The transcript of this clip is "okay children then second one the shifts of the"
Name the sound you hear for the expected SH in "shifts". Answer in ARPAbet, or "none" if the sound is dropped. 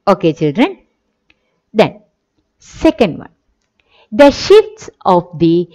SH